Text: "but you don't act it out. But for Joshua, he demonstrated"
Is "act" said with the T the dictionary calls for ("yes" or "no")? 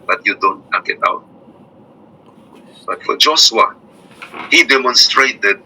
no